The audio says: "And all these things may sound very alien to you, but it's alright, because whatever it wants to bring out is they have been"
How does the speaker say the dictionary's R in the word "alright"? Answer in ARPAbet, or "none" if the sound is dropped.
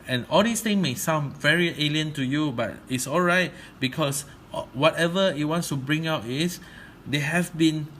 R